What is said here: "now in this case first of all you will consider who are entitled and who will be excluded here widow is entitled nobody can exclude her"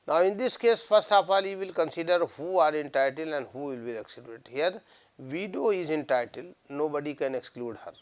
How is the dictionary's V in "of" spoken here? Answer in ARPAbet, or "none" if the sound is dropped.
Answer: P